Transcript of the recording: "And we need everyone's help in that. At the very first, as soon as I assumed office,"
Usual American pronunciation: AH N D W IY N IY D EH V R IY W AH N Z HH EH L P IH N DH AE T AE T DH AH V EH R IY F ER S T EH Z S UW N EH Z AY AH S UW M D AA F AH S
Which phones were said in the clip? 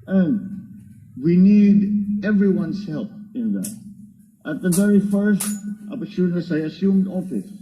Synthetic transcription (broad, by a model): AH N D W IY N IY D EH V R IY W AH N S HH EH L P IH N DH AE T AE T DH AH V EH R IY F ER S T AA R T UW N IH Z AY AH S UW M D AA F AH S